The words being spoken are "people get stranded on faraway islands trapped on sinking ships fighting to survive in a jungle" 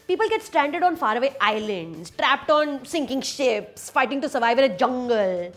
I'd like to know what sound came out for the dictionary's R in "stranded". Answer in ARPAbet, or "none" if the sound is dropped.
R